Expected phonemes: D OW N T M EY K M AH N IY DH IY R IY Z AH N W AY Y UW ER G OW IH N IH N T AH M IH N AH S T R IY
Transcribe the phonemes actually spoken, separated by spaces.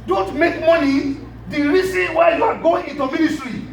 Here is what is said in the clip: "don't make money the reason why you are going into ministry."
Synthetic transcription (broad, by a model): D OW N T M EY K M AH N IY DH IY R IY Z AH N W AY Y UW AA G OW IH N IH N T AH M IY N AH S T R IY